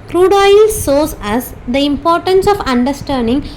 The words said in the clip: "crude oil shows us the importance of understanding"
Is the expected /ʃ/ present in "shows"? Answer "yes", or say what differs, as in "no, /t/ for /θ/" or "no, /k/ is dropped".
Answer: no, /s/ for /ʃ/